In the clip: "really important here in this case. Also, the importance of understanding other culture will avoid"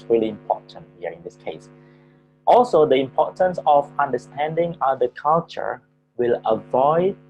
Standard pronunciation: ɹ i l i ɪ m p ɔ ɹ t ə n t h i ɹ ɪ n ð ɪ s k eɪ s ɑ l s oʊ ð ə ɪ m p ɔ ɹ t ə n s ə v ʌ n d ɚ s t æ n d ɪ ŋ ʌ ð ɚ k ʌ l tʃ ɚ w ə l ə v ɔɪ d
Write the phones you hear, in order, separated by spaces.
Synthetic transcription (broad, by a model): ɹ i l i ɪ m p ɔ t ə n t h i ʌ ɪ n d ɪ s k eɪ s ɑ l s oʊ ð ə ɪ m p ɔ t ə n s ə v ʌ n d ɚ s t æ n d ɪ ŋ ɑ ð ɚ k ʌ l tʃ ɚ w ə l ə v ɔɪ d